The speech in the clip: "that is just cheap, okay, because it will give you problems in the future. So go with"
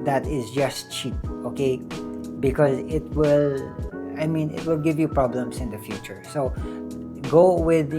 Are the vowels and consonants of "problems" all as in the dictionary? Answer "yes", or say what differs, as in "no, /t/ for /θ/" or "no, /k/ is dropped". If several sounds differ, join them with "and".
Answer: no, /s/ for /z/